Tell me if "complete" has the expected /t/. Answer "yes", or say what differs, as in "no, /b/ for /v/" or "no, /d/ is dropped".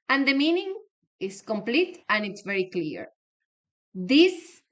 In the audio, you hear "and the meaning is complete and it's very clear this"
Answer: yes